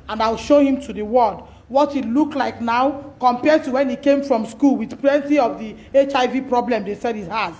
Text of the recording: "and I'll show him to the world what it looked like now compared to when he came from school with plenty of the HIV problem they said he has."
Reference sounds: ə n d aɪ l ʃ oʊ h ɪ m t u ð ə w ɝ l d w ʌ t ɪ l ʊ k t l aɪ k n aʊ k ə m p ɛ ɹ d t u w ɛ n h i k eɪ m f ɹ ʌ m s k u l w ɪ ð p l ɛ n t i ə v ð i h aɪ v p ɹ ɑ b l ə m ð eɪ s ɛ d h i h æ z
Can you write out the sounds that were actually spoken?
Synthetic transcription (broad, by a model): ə n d aɪ l ʃ oʊ h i m t u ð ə w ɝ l d w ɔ t ɪ l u k l aɪ k n aʊ k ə m p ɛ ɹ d t u w ɛ n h i k eɪ m f ɹ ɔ m s k u l w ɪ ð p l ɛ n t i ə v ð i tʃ aɪ v p ɹ ɑ b l ə m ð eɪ s ɛ d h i h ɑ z